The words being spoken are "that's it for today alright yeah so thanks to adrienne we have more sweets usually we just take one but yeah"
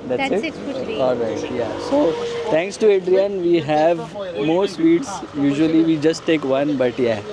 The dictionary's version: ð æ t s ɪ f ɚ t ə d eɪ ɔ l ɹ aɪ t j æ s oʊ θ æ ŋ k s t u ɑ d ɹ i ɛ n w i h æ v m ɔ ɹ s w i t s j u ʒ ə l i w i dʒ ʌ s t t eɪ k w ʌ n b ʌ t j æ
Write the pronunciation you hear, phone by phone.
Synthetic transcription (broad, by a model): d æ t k ɪ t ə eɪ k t j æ s oʊ t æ ŋ k s t u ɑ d ɹ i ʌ n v i h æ v m ɔ ɹ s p i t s j u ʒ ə l i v i dʒ ʌ s t t eɪ k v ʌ n b ʌ t j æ